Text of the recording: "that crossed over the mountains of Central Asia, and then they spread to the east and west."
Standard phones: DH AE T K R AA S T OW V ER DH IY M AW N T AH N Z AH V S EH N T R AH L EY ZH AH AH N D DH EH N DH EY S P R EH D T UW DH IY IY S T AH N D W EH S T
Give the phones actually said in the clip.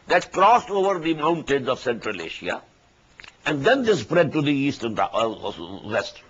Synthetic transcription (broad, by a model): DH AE T K R AA S T OW V ER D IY M AW N T AH N Z AH V S EH N T R AH L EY SH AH AH N D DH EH N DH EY S P R EH D T UW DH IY IY S T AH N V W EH S T